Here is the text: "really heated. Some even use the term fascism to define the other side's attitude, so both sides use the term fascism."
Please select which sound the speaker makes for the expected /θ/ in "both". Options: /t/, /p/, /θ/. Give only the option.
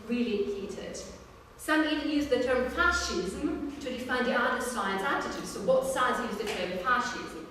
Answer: /t/